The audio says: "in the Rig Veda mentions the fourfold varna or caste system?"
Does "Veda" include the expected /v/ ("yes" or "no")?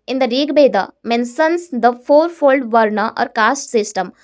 no